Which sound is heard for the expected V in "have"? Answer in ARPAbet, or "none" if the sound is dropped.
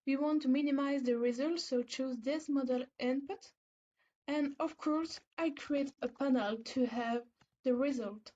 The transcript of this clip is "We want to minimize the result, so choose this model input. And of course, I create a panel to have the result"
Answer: V